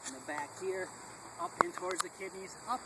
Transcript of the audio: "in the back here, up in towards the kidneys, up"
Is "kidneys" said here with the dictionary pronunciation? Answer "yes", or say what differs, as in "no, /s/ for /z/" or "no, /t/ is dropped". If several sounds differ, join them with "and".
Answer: yes